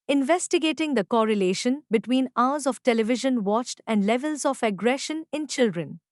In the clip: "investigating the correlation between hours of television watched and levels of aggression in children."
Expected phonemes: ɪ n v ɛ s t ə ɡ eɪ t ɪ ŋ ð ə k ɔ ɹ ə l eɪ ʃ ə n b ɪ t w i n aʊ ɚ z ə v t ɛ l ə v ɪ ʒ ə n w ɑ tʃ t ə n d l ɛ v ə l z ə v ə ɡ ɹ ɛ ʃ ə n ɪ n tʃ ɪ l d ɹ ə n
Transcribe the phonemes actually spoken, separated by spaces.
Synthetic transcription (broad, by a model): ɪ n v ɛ s t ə ɡ eɪ t ɪ ŋ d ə k ɔ ɹ ə l eɪ ʃ ə n b ɪ t w i n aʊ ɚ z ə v t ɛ l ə v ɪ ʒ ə n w ɑ tʃ t ə n d l ɛ v ə l z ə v ə ɡ ɹ ɛ ʃ ə n ɪ n tʃ ɪ l d ɹ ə n